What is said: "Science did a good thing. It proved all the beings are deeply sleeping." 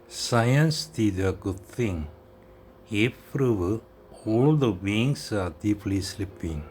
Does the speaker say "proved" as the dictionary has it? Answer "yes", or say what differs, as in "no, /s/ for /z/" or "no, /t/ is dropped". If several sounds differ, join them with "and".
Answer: no, /d/ is dropped